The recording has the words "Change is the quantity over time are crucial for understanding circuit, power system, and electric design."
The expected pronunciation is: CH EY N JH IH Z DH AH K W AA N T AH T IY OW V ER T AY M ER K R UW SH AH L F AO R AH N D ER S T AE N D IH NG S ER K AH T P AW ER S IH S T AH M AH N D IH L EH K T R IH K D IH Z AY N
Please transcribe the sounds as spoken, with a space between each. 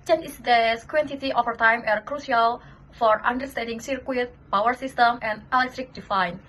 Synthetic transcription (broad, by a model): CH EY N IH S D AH K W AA N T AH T IY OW F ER T AY M ER K R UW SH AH L F AO R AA N D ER S T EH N D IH NG S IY K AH T P AW ER S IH S T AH M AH N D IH L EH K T R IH K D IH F AY N